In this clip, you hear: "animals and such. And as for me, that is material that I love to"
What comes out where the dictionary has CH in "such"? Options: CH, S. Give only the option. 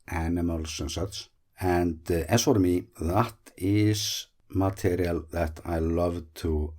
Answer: S